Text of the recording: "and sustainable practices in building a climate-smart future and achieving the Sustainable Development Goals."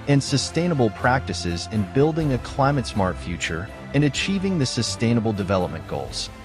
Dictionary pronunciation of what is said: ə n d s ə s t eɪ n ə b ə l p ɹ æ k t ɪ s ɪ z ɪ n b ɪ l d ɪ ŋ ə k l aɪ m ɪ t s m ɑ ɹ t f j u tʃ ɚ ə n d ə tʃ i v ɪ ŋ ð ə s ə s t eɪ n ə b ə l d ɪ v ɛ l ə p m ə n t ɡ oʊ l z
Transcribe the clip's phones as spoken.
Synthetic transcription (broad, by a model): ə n s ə s t eɪ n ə b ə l p ɹ æ k t ɪ s ɪ z ɪ n b ɪ l d ɪ ŋ ə k l aɪ m ɪ t s m ɑ ɹ t f j u tʃ ɚ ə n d ə tʃ i v ɪ ŋ ð ə s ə s t eɪ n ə b l d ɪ v ɛ l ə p m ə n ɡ oʊ l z